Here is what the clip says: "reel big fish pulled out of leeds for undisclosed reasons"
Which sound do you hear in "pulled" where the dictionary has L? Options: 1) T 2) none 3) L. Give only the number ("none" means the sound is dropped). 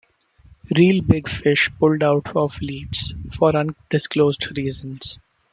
3